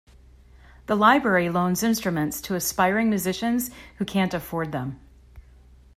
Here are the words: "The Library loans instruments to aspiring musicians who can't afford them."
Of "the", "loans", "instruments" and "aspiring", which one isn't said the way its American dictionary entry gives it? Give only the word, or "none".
none